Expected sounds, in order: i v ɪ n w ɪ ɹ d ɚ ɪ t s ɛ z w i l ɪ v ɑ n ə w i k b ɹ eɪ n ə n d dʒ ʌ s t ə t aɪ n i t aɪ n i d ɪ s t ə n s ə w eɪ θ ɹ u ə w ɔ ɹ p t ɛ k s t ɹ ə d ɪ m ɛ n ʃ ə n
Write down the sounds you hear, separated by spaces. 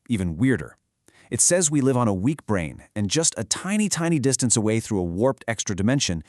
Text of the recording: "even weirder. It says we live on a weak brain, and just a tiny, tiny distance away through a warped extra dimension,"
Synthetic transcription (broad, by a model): i v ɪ n w ɪ ɹ d ɚ ɪ t s ɛ z w i l ɪ v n ə w i k b ɹ eɪ n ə n dʒ ʌ s t ə t aɪ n i t aɪ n i d ɪ s t ə n s ə w eɪ θ ɹ u ə w ɔ ɹ p t ɛ k s t ɹ ə d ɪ m ɛ n ʃ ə n